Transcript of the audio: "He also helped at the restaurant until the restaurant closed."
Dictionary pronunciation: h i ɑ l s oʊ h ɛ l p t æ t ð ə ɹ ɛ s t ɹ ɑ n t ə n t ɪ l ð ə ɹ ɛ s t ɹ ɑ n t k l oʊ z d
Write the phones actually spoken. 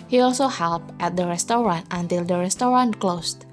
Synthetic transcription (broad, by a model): h i ɑ l s oʊ h ɛ l p t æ t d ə ɹ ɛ s t ɹ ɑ n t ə n t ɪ l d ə ɹ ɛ s t ɹ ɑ n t k l oʊ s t